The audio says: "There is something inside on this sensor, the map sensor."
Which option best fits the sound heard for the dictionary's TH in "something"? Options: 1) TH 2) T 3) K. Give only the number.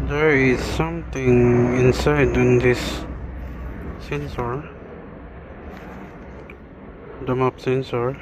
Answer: 2